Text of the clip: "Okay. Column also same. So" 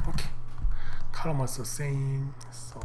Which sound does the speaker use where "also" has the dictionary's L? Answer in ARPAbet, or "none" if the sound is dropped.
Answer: none